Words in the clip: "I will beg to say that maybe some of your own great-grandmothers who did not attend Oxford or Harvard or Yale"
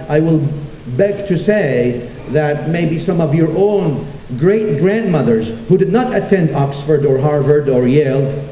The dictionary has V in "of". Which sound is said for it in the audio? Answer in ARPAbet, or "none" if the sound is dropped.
V